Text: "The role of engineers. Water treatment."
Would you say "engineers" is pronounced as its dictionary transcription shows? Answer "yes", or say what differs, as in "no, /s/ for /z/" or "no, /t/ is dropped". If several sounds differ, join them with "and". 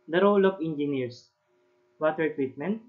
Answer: no, /s/ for /z/